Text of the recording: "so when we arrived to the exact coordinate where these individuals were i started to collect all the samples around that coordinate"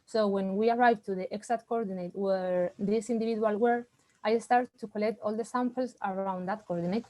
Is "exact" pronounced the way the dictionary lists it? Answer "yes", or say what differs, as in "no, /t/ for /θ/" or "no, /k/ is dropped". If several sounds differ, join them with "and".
no, /k/ is dropped